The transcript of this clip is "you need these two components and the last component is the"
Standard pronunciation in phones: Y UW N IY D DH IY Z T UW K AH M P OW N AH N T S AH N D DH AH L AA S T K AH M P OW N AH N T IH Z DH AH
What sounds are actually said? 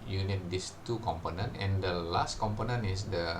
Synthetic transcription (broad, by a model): Y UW N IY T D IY S T UW K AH M P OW N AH N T AH N D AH L AA S T K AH M P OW N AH N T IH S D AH